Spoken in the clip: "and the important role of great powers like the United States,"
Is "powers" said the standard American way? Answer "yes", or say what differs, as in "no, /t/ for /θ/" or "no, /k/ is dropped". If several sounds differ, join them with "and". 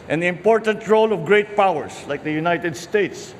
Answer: no, /s/ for /z/